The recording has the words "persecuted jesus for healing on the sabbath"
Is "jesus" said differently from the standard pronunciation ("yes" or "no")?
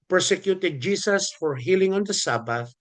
yes